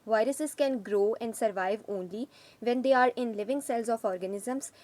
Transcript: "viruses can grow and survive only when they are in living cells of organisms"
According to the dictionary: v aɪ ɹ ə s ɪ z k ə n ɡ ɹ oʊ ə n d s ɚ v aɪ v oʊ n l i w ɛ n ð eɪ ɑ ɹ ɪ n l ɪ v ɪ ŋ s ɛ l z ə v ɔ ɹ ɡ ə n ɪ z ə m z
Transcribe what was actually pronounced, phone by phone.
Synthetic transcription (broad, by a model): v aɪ ɹ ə s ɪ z k ə n ɡ ɹ oʊ ə n d s ɚ v aɪ v oʊ n l i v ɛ n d eɪ ɑ ɹ ɪ n l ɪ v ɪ ŋ s ɛ l z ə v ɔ ɹ ɡ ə n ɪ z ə m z